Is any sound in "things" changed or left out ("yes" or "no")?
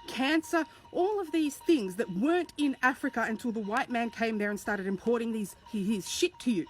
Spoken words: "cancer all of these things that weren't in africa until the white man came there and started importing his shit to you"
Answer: no